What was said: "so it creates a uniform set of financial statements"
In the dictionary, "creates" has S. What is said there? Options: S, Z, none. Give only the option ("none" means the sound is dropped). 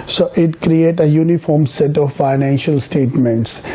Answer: none